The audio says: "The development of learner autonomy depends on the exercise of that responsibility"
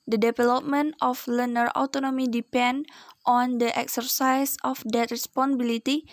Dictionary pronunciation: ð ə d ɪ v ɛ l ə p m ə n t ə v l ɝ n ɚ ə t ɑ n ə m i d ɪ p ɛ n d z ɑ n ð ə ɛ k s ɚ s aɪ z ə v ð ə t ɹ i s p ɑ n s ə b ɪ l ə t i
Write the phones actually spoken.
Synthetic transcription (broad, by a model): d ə d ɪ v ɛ l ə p m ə n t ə f l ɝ n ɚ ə t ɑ n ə m i d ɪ p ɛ n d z ɑ n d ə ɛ k s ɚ s aɪ s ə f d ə t ɹ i s p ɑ n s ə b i l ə t i